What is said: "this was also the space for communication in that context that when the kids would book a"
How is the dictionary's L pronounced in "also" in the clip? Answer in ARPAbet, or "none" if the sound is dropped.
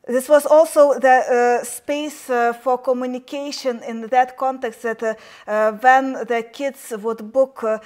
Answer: L